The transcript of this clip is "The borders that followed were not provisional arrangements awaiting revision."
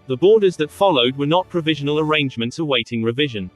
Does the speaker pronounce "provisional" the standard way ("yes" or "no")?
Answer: yes